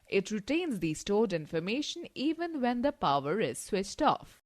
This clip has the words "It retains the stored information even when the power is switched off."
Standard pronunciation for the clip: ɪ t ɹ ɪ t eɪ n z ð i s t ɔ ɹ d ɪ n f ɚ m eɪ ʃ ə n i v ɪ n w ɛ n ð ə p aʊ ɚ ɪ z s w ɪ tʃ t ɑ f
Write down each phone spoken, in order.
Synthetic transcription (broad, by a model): ɪ t ɹ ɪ t eɪ n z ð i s t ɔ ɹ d ɪ n f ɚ m eɪ ʃ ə n i v ɪ n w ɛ n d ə p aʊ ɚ ɪ z s w ɪ tʃ t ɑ f